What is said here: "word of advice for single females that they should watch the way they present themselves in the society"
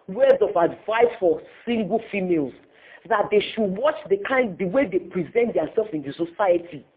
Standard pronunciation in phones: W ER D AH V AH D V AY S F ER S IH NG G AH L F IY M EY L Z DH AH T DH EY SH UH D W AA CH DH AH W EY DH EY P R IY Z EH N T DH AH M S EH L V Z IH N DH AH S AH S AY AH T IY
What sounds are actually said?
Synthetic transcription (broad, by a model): W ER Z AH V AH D V AY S F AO S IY NG G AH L F IY M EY L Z DH AH T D EY SH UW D W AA CH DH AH W EY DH EY P R IY Z EH N T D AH S EH L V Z IH N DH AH S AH S AY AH T IY